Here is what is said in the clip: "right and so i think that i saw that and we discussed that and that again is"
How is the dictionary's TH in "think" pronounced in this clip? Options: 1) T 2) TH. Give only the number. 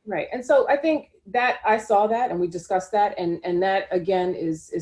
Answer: 2